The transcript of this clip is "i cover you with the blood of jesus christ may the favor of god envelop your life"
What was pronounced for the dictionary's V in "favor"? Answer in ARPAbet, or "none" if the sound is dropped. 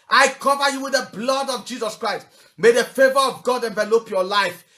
V